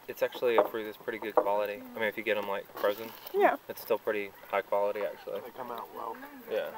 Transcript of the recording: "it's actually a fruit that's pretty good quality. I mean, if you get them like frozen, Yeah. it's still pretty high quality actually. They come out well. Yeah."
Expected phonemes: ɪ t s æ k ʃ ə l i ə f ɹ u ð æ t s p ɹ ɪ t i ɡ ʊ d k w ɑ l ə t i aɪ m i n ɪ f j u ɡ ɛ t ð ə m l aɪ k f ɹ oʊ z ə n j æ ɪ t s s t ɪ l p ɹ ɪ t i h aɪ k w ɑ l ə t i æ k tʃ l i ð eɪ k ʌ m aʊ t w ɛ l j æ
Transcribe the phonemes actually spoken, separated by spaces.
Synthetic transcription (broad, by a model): ɪ t s æ k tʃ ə l i ə f ɹ u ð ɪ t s p ɹ ɪ t i ɡ ʊ d k w ɑ l ə t i aɪ m i n ɪ f j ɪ ɡ ɛ t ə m l aɪ k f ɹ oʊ z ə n j æ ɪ t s s t ɪ l p ɹ ɪ t i h aɪ k w ɑ l ə t i æ k tʃ i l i k ʌ m aʊ t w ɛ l j æ